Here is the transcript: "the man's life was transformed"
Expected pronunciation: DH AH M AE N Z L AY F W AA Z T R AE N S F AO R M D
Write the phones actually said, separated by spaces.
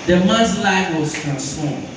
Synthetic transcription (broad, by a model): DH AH M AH Z L AY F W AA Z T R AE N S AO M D